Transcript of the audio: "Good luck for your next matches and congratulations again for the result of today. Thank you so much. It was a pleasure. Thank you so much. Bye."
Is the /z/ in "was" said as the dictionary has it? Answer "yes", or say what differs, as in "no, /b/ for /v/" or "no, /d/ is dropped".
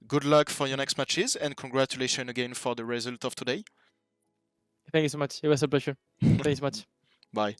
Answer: no, /s/ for /z/